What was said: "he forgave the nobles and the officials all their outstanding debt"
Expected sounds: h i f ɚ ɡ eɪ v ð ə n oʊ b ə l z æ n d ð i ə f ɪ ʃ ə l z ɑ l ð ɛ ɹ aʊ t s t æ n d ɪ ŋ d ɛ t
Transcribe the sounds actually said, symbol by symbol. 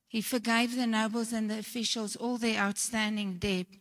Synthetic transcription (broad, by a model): h i f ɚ ɡ eɪ v ð ə n oʊ b ə l z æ n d ð i ə f ɪ ʃ ə l z ɑ l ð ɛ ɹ aʊ t s t æ n d ɪ ŋ d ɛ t